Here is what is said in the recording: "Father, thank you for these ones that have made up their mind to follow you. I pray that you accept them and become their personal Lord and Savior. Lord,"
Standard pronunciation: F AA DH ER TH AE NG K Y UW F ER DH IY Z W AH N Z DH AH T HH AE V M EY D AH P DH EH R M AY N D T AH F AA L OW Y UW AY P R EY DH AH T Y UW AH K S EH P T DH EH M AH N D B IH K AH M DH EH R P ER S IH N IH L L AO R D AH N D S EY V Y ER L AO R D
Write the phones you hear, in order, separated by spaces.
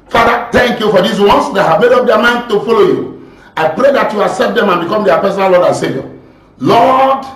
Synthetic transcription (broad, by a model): F AA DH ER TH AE NG K Y UW F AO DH IY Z W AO N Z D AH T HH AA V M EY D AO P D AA M AY N D T AH F AA L OW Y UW AY P R EY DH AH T Y UW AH S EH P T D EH M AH N B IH K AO M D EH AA P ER S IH N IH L L AO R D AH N S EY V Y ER L AO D